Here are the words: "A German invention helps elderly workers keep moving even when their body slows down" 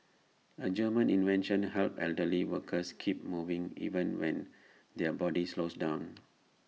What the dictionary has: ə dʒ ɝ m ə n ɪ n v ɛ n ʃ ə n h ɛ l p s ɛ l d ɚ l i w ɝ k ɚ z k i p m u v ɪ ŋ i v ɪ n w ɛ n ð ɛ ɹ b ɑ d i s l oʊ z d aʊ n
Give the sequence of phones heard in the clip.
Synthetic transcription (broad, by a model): ə dʒ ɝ m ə n ɪ n v ɛ n ʃ ə n h ɛ l p ɛ l d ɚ l i w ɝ k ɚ s k i p m u v ɪ ŋ i v ɪ n w ɛ n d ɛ b ɑ d i s l oʊ s d aʊ n